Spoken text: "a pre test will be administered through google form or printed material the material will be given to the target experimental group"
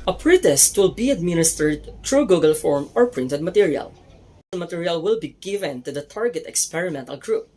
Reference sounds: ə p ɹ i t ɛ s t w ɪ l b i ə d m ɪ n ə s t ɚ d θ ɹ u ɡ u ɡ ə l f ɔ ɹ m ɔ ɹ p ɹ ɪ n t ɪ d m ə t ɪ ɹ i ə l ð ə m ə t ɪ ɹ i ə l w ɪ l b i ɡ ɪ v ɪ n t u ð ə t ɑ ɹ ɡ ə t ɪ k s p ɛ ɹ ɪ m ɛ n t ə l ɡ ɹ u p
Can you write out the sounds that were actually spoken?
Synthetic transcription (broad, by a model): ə p ɹ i t ɛ s t w ɪ l b i ə d m ɪ n ə s t ɚ d t ɹ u ɡ u ɡ ə l f ɔ ɹ m ɔ ɹ p ɹ ɪ n t ɪ d m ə t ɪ ɹ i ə l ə m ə t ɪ ɹ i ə l w ɪ l b i ɡ ɪ v ɪ n t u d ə t ɑ ɹ ɡ ə t ɪ k s p ɛ ɹ ɪ m ɛ n t ə l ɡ ɹ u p